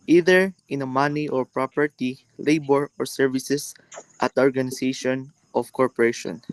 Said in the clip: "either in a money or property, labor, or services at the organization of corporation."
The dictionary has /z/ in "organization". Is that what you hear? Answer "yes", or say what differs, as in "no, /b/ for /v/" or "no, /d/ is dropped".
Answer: no, /s/ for /z/